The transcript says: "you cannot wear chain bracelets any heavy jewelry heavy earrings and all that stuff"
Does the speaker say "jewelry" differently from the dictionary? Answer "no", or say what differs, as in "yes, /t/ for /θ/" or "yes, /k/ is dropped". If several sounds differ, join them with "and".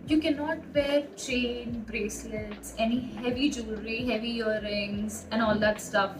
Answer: yes, /l/ is dropped